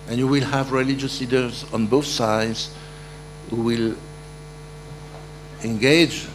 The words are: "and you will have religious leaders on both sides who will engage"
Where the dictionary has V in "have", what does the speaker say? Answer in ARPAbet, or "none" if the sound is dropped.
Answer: V